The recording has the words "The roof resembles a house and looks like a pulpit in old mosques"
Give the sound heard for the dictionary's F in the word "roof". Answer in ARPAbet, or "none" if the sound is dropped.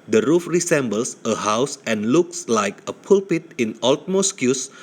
F